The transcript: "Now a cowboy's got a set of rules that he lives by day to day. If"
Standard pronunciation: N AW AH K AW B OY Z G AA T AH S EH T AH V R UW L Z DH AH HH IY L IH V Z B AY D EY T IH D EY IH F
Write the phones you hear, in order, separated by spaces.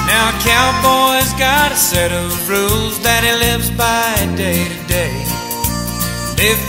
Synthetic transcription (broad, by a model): N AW AH K AW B OY Z G AA T AH S EH T AH V R UW L Z DH AH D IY L IH V Z B AY D EY T IH D EY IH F